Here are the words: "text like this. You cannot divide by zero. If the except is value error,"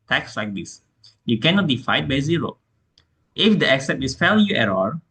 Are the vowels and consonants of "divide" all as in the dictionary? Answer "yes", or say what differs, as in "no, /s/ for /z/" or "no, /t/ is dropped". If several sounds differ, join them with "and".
no, /f/ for /v/